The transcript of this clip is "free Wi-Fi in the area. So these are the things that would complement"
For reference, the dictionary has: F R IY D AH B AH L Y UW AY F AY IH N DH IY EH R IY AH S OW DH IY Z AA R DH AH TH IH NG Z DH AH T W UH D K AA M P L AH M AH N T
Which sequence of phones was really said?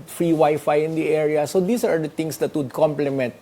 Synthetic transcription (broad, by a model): F R IY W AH Y F AY IH N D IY EH R IY AH S OW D IY S AA R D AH T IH NG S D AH T W UH D K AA M P L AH M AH N T